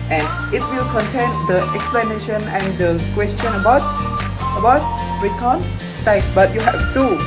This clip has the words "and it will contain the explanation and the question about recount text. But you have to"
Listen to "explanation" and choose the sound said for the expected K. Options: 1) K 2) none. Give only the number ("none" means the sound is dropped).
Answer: 1